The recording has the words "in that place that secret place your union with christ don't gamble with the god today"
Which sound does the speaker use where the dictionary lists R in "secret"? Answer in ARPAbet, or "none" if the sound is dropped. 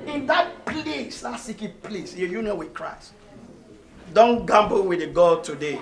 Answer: none